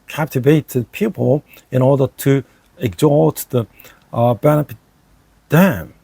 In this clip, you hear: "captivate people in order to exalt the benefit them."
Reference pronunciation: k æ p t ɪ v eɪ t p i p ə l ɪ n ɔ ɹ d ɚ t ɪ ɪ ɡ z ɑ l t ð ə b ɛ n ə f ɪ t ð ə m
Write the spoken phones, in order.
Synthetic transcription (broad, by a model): k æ p t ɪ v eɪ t p i p ə l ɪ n ɔ ɹ d ɚ t ɪ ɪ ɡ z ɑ t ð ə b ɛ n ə p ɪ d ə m